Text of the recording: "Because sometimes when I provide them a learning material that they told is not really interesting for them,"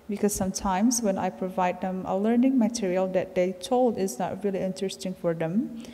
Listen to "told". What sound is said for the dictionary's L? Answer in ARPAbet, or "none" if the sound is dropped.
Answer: L